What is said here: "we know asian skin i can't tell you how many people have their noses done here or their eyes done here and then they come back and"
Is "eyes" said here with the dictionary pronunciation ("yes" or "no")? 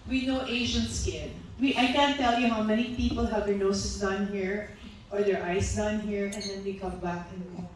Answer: no